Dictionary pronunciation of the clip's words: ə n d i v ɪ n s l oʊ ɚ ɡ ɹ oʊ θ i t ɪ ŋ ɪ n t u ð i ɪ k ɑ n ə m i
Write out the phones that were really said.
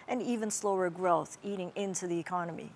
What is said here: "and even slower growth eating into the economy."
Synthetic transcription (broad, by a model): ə n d i v ɪ n s l oʊ ɚ ɡ ɹ oʊ θ i t ɪ ŋ ɪ n t u ð i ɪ k ɑ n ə m i